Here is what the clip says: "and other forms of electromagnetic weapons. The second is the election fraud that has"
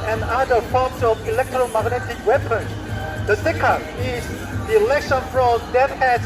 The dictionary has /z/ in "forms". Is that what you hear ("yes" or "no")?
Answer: no